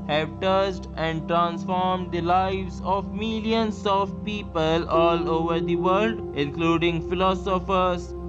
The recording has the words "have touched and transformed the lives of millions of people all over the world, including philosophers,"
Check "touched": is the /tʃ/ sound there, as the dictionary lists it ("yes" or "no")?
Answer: no